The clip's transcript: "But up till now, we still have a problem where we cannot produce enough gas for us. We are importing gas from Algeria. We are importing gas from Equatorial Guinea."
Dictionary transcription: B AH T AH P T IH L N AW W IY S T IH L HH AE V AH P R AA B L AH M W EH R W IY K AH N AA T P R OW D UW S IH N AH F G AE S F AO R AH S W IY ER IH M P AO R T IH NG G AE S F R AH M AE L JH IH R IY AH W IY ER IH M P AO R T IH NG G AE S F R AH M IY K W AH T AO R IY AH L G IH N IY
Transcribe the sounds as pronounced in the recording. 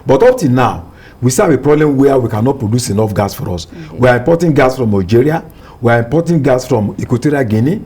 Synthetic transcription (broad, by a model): B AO T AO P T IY N N AW W IY S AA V AH P R AA B L AH M W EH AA W IY K AH N AA T P R OW D UW S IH N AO F G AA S F AO R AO S W IY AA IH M P AO T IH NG G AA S F R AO M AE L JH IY R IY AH W IY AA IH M P AO T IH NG G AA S F R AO M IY K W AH T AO R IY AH G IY N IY